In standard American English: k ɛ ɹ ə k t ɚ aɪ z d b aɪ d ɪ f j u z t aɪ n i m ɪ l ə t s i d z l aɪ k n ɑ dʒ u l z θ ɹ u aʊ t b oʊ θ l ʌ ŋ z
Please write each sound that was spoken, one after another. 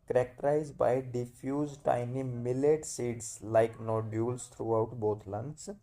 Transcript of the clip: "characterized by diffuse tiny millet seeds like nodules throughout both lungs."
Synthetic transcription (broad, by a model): k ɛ ɹ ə k t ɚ aɪ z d b aɪ d ɪ f j u z t aɪ n i m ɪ l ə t s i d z l aɪ k n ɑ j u l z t ɹ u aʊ t b oʊ t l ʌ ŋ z